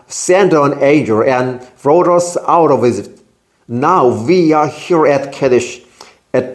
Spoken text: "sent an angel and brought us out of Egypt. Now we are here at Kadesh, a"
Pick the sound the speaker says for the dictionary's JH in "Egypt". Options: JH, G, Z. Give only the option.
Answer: Z